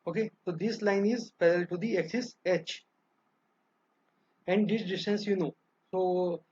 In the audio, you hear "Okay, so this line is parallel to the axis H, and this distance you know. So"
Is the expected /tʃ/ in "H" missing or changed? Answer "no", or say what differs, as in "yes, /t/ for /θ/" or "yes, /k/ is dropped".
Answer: no